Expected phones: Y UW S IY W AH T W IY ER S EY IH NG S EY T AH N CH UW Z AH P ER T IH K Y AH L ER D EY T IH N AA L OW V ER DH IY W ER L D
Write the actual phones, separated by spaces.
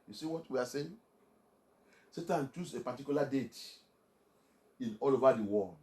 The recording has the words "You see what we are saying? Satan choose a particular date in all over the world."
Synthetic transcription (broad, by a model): Y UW S IY W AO T W IY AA S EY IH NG S EY T AH N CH UW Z AH P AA T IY K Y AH L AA D EY T IH N AA L OW V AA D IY W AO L